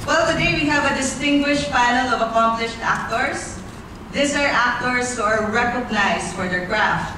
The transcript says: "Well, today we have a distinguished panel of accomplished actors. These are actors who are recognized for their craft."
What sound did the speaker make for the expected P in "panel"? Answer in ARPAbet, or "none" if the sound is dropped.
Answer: F